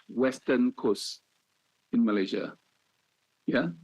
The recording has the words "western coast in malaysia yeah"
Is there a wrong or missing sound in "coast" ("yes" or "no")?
yes